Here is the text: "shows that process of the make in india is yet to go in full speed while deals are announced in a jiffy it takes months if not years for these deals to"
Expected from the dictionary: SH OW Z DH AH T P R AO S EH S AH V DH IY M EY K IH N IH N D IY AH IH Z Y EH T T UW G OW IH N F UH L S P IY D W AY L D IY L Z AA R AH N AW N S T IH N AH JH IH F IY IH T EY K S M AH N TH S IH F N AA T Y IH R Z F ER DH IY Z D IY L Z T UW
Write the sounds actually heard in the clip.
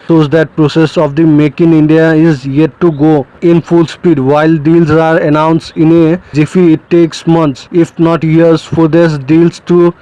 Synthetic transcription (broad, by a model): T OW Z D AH T P R AO S EH S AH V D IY M EY K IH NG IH N D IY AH IH Z Y EH T T UW G OW IH N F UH L S P IY D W AY L D IY L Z AA R AH N AW N S T IH N AH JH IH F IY IH T EY K S M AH N T S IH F N AA T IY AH R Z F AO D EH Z D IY L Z T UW